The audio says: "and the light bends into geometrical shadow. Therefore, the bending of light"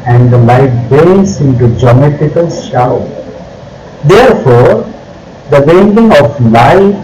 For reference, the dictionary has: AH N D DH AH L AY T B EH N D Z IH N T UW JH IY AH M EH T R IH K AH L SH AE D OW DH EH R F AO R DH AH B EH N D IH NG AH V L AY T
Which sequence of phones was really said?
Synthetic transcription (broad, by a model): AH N D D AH L AY T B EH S IH N T UW JH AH M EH T IH K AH L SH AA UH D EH R F AO R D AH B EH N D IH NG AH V L AY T